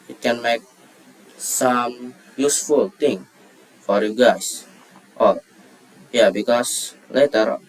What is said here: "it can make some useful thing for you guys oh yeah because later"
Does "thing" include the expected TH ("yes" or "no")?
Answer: no